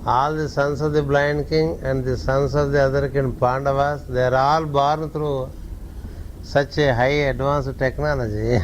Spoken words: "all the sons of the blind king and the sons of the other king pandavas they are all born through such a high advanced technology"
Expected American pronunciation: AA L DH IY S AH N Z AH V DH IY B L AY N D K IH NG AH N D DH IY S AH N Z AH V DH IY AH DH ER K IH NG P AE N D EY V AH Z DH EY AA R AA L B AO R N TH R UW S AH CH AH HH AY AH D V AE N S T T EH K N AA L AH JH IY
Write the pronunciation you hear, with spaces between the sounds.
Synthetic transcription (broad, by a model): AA L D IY S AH N S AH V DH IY B L AY N D K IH NG AH N D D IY S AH N S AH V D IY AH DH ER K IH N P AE N D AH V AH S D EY R AA L B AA R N T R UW S AH CH AH HH AY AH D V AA N S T T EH K N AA L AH JH IY